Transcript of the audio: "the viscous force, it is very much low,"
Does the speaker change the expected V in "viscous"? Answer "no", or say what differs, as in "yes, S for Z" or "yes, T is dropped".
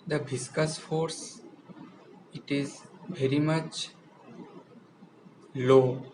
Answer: yes, B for V